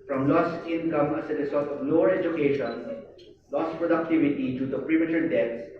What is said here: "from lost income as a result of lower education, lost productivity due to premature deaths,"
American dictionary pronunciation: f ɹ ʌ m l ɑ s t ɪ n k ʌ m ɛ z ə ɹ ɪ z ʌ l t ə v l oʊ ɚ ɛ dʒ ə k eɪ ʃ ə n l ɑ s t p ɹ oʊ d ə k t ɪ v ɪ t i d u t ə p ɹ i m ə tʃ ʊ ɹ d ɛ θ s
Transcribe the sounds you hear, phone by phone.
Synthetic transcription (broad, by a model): f ɹ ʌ m l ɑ s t ɪ n k ʌ m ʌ s ə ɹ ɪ s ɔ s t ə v l oʊ ɚ ɛ dʒ ə k eɪ ʃ ə n l ɑ s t p ɹ oʊ d ə k t ɪ v ɪ t i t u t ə p ɹ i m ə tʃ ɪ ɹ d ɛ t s